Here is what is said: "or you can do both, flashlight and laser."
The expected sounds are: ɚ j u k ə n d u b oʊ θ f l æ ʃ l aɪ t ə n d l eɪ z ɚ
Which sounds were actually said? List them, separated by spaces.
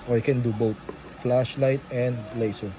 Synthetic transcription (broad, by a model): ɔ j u k ə n d u b oʊ t f l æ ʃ l aɪ t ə n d l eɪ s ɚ